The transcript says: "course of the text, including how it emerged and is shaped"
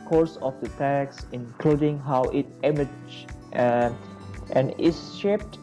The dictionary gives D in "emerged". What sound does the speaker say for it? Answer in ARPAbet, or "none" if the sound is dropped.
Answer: none